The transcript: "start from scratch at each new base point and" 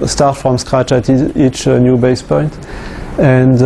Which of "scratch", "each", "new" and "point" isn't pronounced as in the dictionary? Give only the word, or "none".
none